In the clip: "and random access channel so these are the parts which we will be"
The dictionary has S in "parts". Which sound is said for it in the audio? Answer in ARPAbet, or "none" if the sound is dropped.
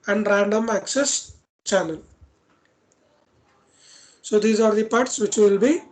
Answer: S